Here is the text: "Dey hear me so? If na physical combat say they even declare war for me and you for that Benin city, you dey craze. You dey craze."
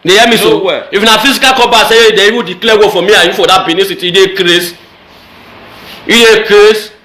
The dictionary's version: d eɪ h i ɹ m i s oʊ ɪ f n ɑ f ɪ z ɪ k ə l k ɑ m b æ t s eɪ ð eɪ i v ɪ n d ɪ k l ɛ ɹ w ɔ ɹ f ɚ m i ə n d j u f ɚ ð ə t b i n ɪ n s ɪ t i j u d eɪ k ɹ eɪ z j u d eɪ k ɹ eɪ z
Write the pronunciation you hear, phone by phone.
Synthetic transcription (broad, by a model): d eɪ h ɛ m i s oʊ ɪ f n ɑ f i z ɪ k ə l k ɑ b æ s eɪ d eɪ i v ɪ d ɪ k l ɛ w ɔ f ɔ m i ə j u f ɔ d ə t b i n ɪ s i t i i d eɪ k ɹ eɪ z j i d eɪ k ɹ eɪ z